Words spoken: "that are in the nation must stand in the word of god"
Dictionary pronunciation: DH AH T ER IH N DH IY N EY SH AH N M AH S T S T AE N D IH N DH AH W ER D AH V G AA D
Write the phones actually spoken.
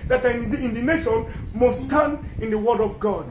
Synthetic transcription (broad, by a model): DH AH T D IH N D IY N EY SH AH N M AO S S T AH N IH N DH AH W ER D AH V G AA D